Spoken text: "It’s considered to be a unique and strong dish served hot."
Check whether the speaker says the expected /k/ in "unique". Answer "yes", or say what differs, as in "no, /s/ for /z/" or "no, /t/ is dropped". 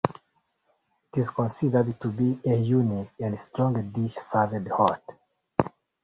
no, /k/ is dropped